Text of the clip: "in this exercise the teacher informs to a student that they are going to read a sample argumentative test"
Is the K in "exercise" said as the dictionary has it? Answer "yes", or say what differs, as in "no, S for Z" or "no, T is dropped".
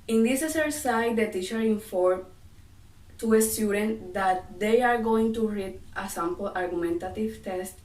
no, K is dropped